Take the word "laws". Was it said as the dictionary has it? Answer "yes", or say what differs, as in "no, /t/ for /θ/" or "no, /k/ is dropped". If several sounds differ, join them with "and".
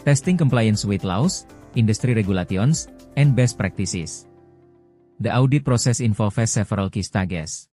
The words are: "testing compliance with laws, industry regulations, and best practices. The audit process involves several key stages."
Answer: no, /s/ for /z/